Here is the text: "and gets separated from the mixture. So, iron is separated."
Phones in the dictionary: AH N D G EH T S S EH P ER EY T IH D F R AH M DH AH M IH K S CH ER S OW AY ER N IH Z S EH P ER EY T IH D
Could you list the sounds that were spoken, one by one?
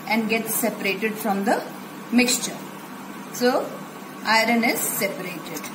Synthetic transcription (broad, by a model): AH N D G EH T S S EH P ER EY T IH D F R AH M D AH M IH K S CH ER S OW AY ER N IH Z S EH P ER EY T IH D